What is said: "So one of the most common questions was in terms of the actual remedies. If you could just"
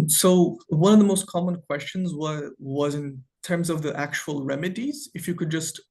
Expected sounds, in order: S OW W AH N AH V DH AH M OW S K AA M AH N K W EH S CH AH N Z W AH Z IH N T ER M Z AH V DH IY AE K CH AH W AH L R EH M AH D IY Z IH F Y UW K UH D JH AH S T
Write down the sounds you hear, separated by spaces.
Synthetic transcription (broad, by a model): S OW W AH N AH V DH AH M OW S K AA M AH N K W EH S CH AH N Z W AH Z IH N T ER M Z AH V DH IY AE K CH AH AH L R EH M AH D IY Z IH F Y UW K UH D JH AH S T